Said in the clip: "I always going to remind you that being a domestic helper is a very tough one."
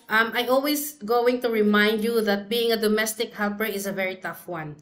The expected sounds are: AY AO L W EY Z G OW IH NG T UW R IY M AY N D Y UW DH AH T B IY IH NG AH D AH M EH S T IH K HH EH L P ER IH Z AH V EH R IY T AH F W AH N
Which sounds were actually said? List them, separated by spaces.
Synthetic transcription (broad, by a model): AY AO L W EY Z G OW IH NG T UW R IY M AY N D Y UW DH AH T B IY IH NG AH D AH M EH S T IH K HH EH L P ER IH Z AH V EH R IY T AH F W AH N